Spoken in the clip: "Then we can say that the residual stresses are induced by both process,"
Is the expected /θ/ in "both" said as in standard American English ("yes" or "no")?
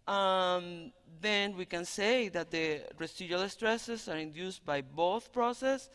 yes